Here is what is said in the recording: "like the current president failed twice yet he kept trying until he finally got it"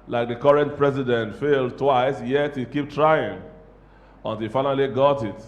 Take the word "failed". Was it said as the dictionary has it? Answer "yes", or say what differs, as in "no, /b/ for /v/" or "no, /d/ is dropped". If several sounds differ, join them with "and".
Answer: yes